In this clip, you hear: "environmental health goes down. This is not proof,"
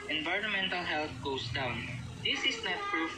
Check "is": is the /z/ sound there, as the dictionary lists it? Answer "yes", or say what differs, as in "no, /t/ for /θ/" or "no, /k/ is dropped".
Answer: no, /s/ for /z/